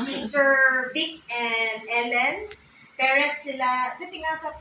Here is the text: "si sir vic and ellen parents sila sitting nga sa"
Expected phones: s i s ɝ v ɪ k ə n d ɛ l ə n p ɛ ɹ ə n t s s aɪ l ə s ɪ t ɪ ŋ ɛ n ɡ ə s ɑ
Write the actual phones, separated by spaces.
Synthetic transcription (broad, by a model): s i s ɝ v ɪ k ə n d ɛ l ə n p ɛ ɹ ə t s s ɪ l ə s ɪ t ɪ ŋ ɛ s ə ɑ